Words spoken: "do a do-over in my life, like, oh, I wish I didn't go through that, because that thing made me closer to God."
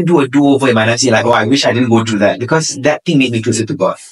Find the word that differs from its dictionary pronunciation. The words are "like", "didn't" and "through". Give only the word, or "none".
through